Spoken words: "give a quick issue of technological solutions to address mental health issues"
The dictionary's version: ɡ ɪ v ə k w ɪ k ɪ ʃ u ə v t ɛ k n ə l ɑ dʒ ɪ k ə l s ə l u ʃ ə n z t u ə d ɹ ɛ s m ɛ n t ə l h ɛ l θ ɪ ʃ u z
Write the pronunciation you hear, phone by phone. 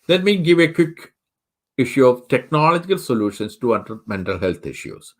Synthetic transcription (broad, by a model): ɡ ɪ v ə k w ɪ k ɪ ʃ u ə v t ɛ k n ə l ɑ dʒ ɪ k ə l s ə l u ʃ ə n s t u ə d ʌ m ɛ n t ə l h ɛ l t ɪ ʃ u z